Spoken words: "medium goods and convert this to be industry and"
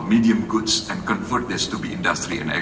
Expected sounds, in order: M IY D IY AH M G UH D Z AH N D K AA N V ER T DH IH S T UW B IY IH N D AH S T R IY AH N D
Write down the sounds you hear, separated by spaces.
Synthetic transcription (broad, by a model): M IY D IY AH M G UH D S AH N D K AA N F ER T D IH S T UW B IY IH N D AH S T R IY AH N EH